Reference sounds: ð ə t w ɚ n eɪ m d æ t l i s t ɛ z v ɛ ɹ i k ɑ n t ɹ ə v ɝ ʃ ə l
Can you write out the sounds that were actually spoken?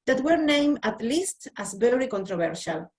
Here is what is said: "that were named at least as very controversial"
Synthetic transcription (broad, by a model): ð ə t w ɚ n eɪ m æ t l i s t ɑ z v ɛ ɹ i k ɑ n t ɹ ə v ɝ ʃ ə l